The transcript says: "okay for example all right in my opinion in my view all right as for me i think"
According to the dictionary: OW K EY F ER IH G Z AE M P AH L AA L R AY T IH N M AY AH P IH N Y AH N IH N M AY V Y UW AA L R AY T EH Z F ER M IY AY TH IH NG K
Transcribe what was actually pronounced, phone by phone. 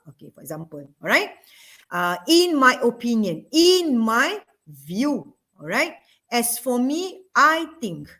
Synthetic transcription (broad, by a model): OW K EY F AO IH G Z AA M P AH L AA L R AY T IH N M AY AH P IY N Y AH N IH N M AY V Y UW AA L R AY T EH S F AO M IY AY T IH NG K